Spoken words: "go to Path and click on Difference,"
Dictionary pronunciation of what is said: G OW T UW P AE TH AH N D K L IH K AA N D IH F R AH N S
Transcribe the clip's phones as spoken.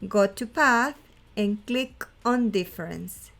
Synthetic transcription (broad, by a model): G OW T UW P AE TH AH N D K L IH K AA N D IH F R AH N S